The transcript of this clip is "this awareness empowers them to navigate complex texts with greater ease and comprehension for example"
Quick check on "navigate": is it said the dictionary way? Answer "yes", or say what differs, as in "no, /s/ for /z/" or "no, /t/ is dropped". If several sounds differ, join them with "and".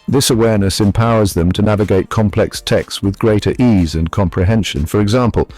yes